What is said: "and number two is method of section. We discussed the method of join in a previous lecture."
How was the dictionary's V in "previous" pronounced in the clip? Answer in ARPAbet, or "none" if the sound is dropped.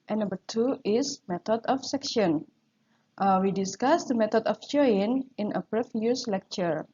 F